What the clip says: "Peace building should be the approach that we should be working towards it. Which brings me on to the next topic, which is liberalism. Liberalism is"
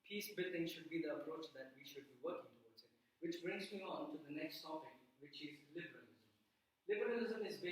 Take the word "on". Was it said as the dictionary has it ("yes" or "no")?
yes